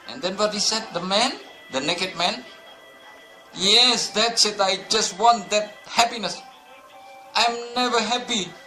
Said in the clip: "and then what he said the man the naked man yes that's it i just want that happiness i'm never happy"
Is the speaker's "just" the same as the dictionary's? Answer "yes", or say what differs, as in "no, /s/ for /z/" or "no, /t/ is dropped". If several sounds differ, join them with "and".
yes